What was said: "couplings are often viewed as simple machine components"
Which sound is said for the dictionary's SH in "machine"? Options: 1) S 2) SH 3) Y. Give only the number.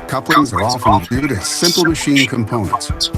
2